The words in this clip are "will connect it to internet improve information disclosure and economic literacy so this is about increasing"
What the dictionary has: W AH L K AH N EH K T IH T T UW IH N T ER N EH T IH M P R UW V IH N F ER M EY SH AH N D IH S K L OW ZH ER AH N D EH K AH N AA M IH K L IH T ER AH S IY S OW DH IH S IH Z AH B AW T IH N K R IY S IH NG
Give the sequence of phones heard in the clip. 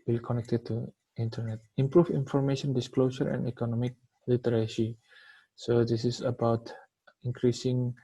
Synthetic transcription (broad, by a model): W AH L K AH N EH K T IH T T UW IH N T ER N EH T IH M P R UW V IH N F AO M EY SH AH N D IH S K L OW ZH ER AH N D EH K AH N AA M IH K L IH T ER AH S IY S OW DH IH S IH S AH B AW T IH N K R IY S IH NG